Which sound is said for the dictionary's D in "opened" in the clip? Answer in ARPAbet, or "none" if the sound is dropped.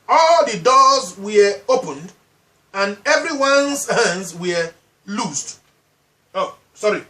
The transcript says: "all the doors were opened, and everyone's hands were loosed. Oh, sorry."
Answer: D